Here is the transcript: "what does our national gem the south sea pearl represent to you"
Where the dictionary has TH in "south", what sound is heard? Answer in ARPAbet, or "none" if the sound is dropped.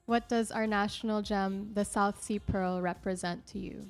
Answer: TH